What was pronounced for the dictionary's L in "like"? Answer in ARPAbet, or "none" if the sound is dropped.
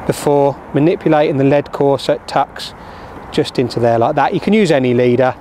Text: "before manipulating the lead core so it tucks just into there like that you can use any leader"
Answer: L